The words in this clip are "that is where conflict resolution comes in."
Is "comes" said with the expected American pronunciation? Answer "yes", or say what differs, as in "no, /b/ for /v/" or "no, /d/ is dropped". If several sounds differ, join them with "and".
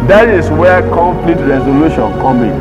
no, /z/ is dropped